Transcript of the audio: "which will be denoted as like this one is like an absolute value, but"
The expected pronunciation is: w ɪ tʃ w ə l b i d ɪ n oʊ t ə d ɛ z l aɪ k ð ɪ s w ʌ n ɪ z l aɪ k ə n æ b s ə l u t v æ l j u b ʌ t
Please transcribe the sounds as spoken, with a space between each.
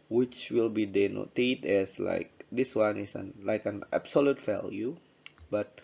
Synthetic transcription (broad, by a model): w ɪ tʃ w ə l b i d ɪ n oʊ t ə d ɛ s l aɪ k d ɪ s w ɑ n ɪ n l aɪ k ə n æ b s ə l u t f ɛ l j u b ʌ t